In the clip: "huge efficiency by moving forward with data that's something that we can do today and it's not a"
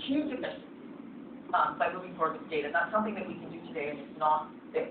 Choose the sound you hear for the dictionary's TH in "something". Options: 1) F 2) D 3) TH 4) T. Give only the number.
3